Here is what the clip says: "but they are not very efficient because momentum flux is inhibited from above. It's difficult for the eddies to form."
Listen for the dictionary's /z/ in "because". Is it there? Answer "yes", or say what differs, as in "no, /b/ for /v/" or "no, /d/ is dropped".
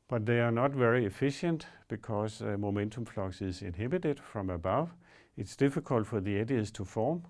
no, /s/ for /z/